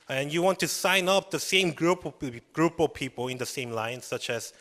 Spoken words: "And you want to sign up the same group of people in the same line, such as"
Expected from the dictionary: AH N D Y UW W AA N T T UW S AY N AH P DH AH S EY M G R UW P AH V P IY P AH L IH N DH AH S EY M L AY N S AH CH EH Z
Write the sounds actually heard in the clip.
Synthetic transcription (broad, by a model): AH N Y UW W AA N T T UW S AY N AH P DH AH S EY M G R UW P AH P P IY P AH L IH N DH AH S EY M L AY N S AH CH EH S